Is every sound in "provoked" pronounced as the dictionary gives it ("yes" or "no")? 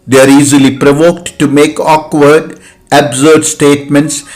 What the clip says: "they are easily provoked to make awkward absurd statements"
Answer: yes